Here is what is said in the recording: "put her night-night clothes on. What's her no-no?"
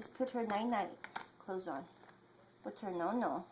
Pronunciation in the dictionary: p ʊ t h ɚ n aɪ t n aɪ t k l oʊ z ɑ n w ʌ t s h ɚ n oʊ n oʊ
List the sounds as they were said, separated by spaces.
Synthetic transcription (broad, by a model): p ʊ t h ɚ n aɪ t n aɪ t k l oʊ z n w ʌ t h ɚ n oʊ n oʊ